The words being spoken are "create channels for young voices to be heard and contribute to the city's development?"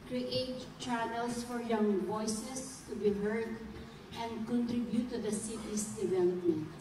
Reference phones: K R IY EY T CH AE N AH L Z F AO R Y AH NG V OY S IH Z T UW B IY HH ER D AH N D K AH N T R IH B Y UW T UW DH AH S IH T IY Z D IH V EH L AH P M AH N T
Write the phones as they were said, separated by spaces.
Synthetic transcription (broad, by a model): K R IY EY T CH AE N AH L S F AO R Y AH NG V OY S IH S T UW B IY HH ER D AH N D K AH N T R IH B Y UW T UW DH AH S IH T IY S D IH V EH L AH P M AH N T